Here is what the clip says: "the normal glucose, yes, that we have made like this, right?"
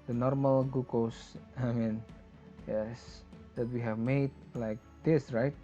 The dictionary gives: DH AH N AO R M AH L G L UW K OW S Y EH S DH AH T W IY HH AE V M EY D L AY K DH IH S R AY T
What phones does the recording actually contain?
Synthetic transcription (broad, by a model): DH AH N AO R M AH L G UW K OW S Y EH S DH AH T W IY HH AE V M EY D L AY K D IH S R AY T